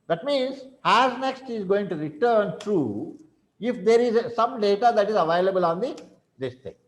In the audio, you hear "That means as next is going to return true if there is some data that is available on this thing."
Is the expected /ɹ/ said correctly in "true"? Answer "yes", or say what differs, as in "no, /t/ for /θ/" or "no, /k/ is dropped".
yes